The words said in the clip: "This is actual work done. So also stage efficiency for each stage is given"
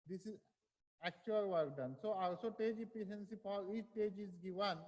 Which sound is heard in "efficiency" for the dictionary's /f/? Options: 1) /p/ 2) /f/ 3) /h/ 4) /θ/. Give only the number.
1